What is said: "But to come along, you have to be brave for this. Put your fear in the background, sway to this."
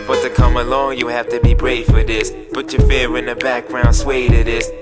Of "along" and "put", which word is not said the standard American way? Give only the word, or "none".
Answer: put